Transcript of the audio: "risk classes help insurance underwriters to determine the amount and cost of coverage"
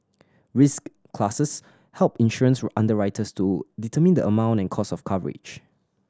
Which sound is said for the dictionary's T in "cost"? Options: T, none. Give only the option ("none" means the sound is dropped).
none